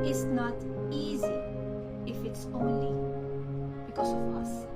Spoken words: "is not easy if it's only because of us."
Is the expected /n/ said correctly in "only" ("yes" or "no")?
yes